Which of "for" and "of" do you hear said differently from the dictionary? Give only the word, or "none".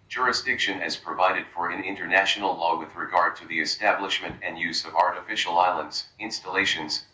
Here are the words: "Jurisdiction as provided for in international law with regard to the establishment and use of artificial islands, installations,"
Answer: none